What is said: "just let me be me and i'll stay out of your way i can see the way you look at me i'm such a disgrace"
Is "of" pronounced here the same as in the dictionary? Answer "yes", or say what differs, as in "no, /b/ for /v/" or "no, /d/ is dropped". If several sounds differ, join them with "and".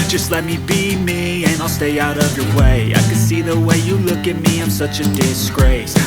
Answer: yes